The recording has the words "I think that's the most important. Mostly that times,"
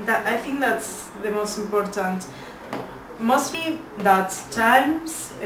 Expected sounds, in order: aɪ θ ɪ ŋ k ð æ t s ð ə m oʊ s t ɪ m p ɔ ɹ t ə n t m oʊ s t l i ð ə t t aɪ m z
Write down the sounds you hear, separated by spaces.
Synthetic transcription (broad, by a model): aɪ θ ɪ ŋ k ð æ t s ð ə m oʊ s t ɪ m p ɔ ɹ t ə n t m oʊ s t l i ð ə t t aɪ m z